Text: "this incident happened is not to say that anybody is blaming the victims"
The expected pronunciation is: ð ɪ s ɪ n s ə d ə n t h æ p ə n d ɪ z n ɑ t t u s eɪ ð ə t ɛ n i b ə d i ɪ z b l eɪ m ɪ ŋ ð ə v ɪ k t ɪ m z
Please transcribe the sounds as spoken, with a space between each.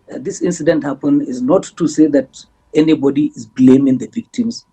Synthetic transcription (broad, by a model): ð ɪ s ɪ n s ə d ə n t h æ p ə n ɪ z n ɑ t t u s eɪ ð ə t ɛ n i b ə d i ɪ z b l eɪ m ɪ ŋ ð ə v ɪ k t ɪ m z